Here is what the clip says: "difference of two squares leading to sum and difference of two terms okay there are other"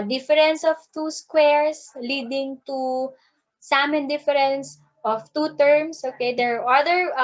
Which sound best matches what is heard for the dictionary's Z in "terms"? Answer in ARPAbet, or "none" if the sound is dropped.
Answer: S